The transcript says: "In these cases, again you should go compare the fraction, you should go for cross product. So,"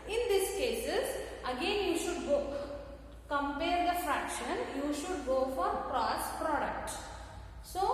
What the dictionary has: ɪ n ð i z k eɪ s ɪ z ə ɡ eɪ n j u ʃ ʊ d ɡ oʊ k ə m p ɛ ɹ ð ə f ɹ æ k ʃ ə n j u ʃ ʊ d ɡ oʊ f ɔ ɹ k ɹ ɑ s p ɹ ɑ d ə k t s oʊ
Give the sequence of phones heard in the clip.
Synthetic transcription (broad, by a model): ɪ n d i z k eɪ s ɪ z ə ɡ eɪ n j u ʃ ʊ d ɡ oʊ k ə m p ɛ ɹ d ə f ɹ æ k ʃ ə n j u ʃ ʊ d ɡ oʊ f ɔ ɹ k ɹ ɑ s p ɹ ɑ d ə k t s oʊ